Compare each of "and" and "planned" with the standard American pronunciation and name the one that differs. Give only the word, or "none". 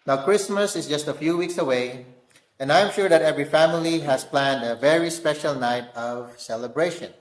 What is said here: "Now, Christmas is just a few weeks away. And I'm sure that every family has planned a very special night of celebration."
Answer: none